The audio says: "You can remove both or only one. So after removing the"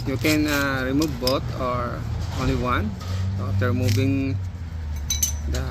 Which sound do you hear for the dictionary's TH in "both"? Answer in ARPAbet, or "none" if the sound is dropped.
T